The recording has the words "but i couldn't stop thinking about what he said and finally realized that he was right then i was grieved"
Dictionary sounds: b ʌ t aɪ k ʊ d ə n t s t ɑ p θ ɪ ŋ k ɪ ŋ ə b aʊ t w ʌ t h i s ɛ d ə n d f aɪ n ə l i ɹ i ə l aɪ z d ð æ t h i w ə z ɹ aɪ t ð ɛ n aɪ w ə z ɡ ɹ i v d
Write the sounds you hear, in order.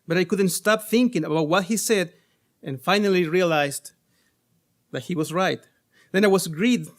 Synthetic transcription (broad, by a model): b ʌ t aɪ k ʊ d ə n t s t ɑ p θ ɪ ŋ k ɪ ŋ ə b aʊ t w ʌ t h i s ɛ d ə n f aɪ n ə l i ɹ i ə l aɪ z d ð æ t h i w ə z ɹ aɪ t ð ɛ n aɪ w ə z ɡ ɹ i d